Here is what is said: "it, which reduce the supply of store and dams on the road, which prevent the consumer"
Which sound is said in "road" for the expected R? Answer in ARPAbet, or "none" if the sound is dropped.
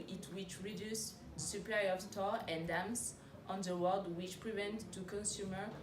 W